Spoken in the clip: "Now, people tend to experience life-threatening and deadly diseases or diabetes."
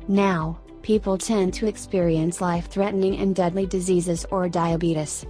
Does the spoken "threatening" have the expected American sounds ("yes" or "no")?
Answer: yes